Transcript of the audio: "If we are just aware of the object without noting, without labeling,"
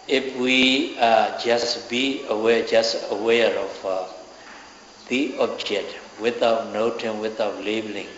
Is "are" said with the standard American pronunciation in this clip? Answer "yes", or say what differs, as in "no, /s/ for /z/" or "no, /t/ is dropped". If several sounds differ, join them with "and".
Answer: no, /w/ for /ɹ/